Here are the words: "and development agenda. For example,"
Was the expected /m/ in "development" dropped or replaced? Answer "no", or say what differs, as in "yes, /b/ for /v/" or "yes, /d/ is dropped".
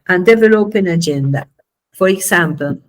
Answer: yes, /m/ is dropped